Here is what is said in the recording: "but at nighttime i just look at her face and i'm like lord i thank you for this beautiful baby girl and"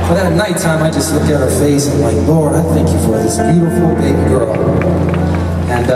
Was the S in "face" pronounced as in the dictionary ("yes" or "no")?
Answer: no